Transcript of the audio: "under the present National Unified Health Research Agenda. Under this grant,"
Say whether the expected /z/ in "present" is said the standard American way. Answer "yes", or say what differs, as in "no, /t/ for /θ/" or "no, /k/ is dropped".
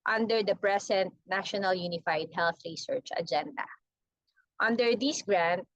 no, /s/ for /z/